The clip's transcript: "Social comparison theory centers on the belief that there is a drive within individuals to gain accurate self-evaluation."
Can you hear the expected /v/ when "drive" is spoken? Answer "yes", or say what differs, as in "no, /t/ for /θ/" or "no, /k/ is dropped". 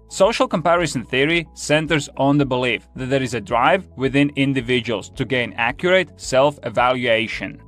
yes